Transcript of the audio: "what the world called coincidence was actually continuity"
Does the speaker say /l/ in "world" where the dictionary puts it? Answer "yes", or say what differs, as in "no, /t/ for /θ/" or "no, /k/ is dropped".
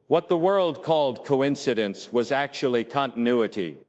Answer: yes